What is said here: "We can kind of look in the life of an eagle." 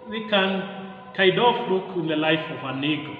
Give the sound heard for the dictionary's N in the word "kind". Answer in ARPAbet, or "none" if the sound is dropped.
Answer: none